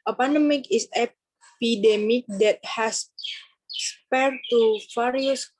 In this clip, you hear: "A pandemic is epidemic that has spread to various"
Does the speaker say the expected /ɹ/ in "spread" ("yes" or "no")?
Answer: no